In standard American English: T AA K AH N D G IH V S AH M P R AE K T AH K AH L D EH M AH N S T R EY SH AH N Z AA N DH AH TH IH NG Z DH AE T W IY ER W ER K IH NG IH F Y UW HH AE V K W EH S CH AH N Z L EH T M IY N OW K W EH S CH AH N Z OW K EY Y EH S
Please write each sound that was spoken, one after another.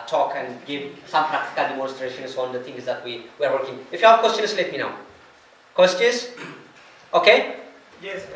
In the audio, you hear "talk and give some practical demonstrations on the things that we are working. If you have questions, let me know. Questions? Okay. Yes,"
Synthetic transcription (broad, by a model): T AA K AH N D G IH V S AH M P R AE K T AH K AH L D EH M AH N S T R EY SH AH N S AA N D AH T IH NG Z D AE T W IY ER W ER K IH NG IH F Y UW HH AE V K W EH S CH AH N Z L EH T M IY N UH K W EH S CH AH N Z OW K EY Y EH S